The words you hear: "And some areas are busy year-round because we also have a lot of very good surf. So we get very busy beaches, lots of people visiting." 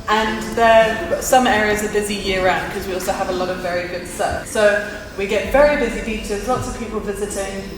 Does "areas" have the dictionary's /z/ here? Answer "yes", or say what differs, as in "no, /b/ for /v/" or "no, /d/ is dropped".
yes